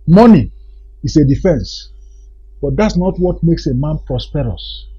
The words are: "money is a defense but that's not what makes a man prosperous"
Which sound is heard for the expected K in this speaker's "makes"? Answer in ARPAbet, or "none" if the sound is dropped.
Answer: K